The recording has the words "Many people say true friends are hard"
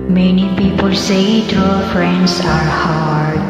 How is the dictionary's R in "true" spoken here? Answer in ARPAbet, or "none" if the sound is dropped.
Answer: none